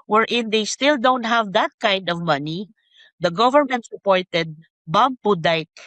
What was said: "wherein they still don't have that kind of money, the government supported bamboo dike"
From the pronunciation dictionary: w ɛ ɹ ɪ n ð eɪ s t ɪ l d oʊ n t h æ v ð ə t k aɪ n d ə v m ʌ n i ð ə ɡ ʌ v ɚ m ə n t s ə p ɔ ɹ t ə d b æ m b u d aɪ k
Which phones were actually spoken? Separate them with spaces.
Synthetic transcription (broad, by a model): w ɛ ɹ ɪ n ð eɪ s t ɪ l d oʊ n t h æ v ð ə t k aɪ n d ə v m ʌ n i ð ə ɡ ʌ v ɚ m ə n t s ə p ɔ ɹ t ə d b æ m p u d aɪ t